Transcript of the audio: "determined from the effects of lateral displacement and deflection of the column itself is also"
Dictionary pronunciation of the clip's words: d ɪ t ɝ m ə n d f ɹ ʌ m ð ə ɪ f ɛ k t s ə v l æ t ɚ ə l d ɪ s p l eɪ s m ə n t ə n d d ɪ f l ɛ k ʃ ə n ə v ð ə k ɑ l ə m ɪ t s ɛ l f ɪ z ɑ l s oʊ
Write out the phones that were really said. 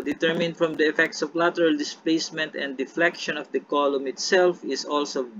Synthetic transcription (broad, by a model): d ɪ t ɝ m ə n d f ɹ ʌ m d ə ɪ f ɛ k t s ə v l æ t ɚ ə l d ɪ s p l eɪ s m ə n t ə n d d ɪ f l ɛ k ʃ ə n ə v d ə k ɑ l ə m ɪ t s ɛ l f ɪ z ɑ l s oʊ